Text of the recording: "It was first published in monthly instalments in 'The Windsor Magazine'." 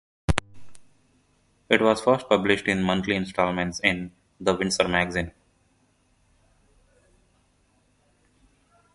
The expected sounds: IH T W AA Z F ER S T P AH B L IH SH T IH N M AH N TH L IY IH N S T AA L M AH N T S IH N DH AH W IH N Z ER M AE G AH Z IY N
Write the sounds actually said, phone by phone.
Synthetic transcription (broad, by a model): IH T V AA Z F ER S T P AH B L IH SH T IH N M AH N T L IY IH N S T AA L M AH N T S IH N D AH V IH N S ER M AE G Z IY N